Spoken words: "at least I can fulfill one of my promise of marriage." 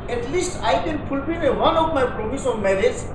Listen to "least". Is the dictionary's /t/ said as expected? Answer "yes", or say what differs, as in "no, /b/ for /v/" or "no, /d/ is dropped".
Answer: yes